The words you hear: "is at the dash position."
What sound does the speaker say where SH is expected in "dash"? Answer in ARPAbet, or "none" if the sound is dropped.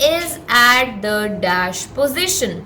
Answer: SH